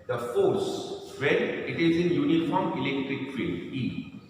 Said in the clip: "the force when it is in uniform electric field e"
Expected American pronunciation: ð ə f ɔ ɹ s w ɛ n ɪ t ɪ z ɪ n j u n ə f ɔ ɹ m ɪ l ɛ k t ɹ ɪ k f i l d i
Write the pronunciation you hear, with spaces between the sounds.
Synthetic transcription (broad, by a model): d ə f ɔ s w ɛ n ɪ t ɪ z ɪ n j u n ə f ɔ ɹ m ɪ l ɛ k t ɹ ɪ k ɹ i d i